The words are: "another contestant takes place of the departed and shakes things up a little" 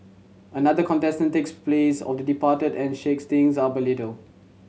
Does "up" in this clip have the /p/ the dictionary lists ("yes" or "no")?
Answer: no